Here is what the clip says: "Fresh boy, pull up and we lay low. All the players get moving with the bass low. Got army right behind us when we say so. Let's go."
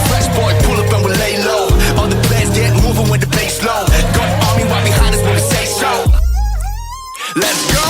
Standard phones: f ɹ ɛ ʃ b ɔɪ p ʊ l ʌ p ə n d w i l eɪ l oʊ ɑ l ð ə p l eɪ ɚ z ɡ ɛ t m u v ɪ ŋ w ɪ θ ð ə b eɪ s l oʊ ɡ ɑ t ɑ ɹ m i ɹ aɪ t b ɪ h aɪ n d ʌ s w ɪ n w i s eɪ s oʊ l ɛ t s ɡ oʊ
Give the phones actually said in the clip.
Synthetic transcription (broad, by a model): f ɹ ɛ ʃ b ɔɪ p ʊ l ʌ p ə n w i l eɪ l oʊ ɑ n ð ə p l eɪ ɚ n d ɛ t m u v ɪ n w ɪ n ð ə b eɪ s l oʊ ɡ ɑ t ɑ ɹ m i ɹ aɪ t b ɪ h aɪ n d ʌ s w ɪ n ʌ s eɪ s oʊ l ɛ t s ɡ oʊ